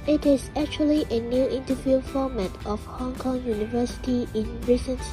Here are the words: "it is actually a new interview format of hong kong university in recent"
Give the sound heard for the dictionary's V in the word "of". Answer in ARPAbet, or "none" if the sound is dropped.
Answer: F